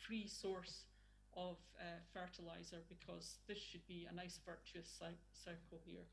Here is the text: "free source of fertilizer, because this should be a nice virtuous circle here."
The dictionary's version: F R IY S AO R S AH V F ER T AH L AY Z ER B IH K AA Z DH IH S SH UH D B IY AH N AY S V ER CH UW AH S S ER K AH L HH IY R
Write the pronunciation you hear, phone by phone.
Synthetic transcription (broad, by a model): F R IY S AO R S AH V F ER T AH L AY Z ER B IH K AA Z DH IH S SH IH D B IY AH N AY S V ER CH UW AH S S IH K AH L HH IY R